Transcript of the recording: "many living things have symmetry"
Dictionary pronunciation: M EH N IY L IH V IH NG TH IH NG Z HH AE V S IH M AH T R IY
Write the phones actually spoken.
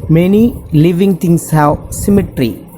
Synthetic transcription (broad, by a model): M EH N IY L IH V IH NG T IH NG S HH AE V S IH M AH T R IY